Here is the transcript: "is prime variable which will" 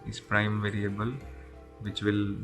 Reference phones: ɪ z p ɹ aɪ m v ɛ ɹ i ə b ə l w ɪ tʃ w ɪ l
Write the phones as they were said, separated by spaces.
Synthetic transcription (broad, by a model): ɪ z p ɹ aɪ m v ɛ ɹ i ə b ə l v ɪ tʃ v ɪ l